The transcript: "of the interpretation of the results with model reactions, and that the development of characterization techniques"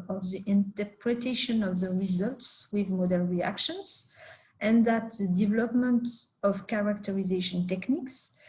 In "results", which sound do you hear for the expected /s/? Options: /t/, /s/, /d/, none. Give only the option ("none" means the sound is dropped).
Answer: /s/